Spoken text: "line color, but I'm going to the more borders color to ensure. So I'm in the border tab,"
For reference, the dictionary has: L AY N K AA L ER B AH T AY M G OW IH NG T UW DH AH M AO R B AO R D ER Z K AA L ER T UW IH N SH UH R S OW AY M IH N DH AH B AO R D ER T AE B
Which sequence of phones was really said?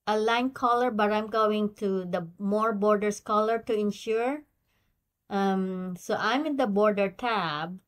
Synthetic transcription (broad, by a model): L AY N K AA L ER B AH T AY M G OW IH NG T UW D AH M AO R B AO R D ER S K AA L ER T UW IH N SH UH R S OW AY M IH N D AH B AO R D ER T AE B